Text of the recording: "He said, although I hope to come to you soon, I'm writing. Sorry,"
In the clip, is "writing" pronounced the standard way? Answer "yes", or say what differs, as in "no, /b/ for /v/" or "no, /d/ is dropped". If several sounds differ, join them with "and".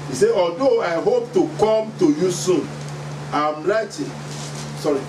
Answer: no, /l/ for /ɹ/